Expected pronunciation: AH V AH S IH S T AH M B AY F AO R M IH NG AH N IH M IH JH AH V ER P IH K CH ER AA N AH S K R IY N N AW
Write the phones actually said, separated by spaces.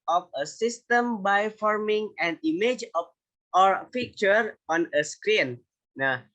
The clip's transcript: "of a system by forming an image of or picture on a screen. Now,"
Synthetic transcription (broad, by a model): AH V AH S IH S T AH M B AY F AO R M IH NG AH N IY M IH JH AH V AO F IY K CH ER AA N AH S K R IY N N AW